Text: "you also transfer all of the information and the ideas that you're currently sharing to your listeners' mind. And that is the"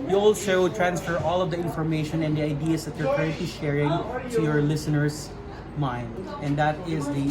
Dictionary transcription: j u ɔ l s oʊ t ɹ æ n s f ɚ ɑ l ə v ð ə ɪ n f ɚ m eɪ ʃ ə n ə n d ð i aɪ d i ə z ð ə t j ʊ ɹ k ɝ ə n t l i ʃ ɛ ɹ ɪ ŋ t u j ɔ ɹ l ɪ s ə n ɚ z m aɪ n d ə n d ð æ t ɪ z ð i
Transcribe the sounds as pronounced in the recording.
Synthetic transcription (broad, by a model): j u ɔ l ʃ oʊ t ɹ æ n s f ɚ ɑ l ə v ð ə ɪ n f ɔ m eɪ ʃ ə n ə n d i aɪ d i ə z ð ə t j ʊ ɹ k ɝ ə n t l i ʃ ɛ ɹ ɪ ŋ t u j ɔ ɹ l ɪ s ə n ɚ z m aɪ n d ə n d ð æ t ɪ z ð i